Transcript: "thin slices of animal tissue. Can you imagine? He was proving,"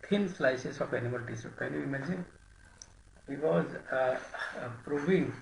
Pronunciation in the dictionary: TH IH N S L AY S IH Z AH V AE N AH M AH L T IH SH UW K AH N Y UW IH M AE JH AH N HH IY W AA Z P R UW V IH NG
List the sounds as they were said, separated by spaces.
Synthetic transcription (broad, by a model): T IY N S L AY S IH S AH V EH N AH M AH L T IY S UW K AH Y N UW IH M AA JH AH N HH IY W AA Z P R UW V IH NG